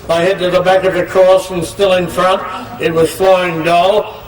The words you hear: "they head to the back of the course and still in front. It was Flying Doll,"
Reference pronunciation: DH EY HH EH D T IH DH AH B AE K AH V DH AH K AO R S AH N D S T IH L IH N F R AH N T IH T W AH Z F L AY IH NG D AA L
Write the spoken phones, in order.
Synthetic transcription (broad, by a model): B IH HH EH D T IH DH AH B AE K AH V DH AH K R AH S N S T IH L IH N F R AH N T IH T W AH Z F L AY IH NG D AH L